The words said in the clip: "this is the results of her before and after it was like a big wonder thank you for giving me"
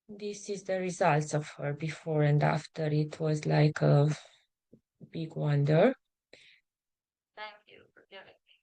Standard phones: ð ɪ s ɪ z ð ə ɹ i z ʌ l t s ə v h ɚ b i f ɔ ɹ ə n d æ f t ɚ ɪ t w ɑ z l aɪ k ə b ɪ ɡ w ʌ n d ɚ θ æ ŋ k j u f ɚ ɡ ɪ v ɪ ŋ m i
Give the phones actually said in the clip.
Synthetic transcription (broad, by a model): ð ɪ s ɪ z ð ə ɹ i z ʌ l t s ə v h ɚ b i f ɔ ɹ ə n d æ f t ɚ ɪ t w ɑ z l aɪ k ə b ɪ ɡ w ʌ n d ɚ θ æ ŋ k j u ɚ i